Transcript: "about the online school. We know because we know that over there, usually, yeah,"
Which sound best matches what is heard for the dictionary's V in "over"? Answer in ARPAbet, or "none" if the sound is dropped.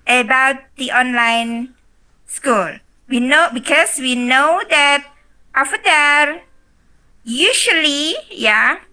F